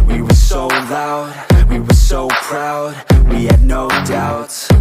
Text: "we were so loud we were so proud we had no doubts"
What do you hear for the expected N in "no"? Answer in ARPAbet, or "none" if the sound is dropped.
N